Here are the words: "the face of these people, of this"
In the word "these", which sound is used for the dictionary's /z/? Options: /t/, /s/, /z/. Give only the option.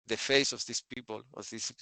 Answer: /s/